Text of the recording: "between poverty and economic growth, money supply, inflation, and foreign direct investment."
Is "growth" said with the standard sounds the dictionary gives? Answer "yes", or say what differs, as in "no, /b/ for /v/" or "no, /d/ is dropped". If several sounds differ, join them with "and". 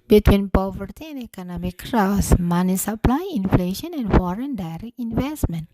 no, /s/ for /θ/